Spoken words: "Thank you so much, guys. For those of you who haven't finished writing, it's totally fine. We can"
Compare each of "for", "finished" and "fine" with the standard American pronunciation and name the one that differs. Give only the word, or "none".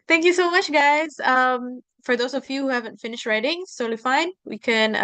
none